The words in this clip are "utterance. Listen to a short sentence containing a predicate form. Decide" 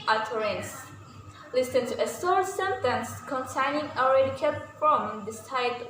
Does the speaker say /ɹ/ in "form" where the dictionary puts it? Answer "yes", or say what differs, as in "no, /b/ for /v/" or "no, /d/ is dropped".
no, /l/ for /ɹ/